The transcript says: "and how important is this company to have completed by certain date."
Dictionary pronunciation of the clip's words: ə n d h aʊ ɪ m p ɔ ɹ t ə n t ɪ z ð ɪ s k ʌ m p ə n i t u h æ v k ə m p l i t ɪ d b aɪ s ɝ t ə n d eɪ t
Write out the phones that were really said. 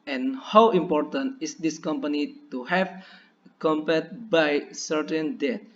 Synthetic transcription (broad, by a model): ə n h aʊ ɪ m p ɔ ɹ t ə n t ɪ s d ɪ s k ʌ m p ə n i t u h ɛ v k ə m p ɛ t b aɪ s ɝ t ə n d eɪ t